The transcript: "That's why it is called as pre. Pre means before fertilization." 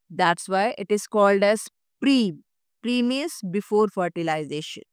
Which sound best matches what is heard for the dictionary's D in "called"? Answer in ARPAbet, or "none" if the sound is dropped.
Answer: D